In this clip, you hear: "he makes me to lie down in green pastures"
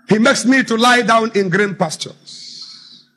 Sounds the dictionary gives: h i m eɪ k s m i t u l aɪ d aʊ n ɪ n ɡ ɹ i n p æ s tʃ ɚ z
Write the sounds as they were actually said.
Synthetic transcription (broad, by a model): h i m eɪ k s m i t u l aɪ d aʊ n ɪ n ɡ ɹ i n p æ s tʃ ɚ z